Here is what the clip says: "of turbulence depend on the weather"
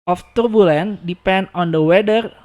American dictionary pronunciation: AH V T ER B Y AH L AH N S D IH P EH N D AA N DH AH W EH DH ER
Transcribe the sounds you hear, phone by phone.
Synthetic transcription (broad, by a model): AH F T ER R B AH L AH N D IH P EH N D AA N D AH W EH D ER